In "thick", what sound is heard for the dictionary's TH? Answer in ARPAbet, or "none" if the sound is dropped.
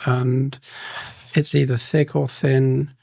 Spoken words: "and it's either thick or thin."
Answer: TH